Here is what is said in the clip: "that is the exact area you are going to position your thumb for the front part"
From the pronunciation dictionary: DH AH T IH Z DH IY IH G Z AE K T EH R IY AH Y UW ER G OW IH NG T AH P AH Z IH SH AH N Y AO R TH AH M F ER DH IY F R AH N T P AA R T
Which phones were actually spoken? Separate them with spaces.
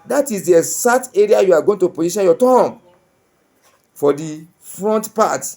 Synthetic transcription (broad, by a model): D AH T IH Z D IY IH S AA T EH R IY AH Y UW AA G OW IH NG T AH P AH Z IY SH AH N Y AO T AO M F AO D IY F R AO N T P AA T